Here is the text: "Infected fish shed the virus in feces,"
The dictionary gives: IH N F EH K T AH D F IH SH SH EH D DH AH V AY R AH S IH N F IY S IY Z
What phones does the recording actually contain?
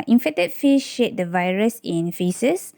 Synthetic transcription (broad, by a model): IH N F EH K T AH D F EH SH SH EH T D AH V AY R AH S IH N F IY S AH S